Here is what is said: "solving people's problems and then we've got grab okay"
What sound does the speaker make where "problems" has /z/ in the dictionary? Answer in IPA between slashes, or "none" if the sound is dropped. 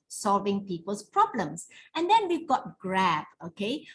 /s/